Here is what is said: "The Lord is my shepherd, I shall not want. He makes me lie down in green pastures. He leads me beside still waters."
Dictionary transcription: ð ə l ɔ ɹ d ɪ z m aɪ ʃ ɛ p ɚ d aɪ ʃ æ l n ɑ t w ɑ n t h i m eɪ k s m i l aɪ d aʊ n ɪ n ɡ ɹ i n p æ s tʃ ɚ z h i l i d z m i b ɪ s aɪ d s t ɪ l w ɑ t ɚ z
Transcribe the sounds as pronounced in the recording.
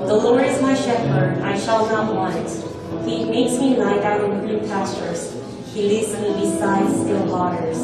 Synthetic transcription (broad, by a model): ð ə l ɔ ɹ ɪ z m aɪ ʃ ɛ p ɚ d aɪ ʃ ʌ l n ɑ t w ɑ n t h i m eɪ k s m i l aɪ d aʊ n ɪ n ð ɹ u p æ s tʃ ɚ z h i l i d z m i b ɪ s aɪ d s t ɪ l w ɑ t ɚ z